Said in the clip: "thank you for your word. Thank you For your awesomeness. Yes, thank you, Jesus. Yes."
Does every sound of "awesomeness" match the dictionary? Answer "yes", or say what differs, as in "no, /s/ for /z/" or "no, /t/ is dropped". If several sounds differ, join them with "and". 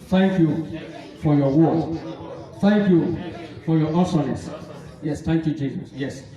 no, /m/ is dropped